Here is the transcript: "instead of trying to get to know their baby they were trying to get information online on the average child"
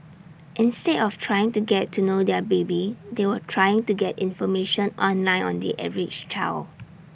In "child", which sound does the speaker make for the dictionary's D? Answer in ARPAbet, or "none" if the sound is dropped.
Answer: none